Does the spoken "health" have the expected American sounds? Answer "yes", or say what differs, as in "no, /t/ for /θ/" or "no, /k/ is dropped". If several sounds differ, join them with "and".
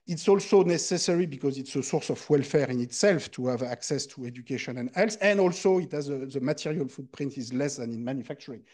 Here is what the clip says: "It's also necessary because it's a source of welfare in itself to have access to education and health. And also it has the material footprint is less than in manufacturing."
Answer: no, /s/ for /θ/